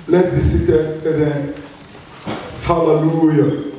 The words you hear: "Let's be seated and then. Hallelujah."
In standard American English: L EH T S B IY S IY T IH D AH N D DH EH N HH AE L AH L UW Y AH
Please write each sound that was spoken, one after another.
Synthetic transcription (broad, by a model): L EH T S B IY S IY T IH AH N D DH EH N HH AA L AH L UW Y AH